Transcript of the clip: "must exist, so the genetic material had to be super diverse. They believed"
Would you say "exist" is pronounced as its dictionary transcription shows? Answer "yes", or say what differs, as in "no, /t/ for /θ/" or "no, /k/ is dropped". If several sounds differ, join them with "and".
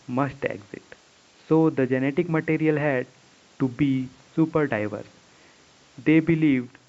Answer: no, /s/ is dropped